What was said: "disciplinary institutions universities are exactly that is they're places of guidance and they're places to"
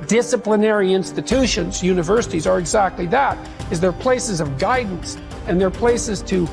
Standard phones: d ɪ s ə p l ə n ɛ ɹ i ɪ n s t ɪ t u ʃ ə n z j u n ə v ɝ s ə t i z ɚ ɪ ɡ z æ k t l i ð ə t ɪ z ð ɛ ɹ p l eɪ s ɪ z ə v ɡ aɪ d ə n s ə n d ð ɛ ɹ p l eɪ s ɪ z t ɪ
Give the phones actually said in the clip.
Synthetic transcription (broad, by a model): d ɪ s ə p l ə n ɛ ɹ i ɪ n s t ɪ t u ʃ ə n z j u n ə v ɝ s ə t i z ɚ ɪ ɡ z æ k t l i ð ə t ɪ z ð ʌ ɹ p l eɪ s ɪ z ə v ɡ aɪ d n s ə n ð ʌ ɹ p l eɪ s ɪ z t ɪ